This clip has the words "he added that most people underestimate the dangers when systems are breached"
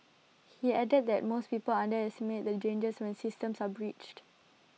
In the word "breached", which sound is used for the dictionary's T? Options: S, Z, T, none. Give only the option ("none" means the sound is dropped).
T